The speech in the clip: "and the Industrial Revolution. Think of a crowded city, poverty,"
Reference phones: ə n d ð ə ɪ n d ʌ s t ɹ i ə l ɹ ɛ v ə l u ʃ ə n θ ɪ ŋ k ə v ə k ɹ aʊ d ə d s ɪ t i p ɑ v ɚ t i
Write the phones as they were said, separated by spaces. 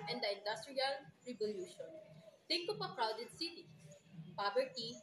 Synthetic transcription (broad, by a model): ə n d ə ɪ n d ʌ s t ɹ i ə l ɹ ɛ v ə l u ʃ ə n t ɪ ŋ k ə p ə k ɹ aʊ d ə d s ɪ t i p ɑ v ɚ t i